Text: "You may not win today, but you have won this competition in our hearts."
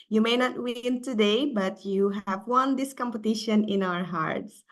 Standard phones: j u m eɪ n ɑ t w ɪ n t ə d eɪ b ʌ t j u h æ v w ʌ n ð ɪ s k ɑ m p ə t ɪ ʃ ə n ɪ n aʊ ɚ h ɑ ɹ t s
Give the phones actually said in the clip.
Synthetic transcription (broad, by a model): j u m eɪ n ɑ t w ɪ n t ə d eɪ b ʌ t j u h æ v w ʌ n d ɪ s k ɑ m p ə t ɪ ʃ ə n ɪ n aʊ ɚ h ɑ ɹ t s